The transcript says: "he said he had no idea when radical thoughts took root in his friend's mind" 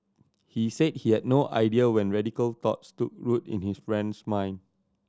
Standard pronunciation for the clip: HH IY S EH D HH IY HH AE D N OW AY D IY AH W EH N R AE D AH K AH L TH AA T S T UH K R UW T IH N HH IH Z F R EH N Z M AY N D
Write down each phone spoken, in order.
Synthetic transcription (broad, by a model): HH IY S EH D HH IY HH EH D N OW AY D IY AH W EH N R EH D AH K AH L T AA T S T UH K R UW T IH N HH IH S F R EH N S M AY N